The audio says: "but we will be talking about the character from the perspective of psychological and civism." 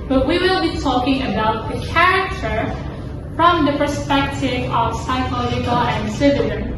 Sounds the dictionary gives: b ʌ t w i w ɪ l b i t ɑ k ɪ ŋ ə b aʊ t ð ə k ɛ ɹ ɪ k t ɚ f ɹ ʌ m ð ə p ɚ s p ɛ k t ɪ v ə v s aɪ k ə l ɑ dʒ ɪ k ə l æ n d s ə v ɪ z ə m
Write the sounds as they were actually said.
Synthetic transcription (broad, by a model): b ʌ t w i w ɪ l b i t ɑ k ɪ ŋ ə b aʊ t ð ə k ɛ ɹ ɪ k t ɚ f ɹ ʌ m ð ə p ɚ s p ɛ k t ɪ v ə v s aɪ k ə l ɑ dʒ ɪ k ə l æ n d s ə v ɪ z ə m